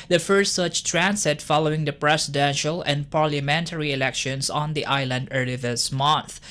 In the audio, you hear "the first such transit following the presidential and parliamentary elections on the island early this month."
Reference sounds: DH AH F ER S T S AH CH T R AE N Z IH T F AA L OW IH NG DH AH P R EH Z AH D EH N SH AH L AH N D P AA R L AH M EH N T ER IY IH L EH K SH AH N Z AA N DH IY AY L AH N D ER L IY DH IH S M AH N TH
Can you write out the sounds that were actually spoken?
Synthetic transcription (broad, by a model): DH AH F ER S T S AH CH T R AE N S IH T F AA L OW IH NG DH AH P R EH S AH D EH N SH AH L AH N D P AA R L AH M EH N T ER IY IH L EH K SH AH N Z AA N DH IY AY L AH N D ER L IY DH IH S M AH N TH